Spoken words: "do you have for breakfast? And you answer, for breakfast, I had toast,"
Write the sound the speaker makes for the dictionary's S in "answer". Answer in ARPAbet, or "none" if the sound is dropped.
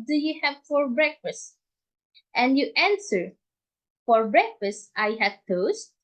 S